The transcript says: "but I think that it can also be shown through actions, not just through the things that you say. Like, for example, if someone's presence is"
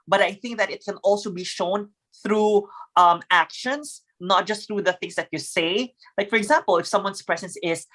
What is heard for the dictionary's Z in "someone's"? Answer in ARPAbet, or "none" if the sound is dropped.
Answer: S